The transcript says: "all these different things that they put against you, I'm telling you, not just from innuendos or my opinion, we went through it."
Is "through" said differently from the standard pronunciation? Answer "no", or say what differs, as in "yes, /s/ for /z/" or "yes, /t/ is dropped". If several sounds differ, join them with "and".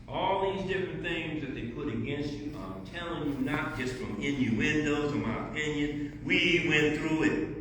no